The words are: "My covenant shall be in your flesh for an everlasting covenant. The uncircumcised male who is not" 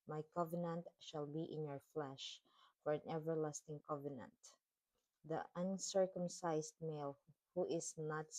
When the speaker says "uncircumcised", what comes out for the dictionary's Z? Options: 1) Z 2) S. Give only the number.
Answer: 2